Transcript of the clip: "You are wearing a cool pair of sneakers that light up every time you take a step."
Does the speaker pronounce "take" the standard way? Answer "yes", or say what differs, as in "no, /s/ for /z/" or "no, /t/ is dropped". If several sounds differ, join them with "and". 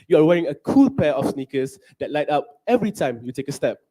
yes